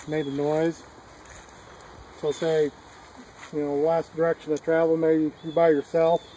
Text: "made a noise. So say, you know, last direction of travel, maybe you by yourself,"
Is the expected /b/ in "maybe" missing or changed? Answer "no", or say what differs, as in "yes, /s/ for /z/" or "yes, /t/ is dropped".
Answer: yes, /b/ is dropped